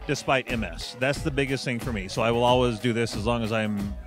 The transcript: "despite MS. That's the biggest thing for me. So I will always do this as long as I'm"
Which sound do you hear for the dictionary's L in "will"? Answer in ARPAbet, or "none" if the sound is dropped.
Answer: L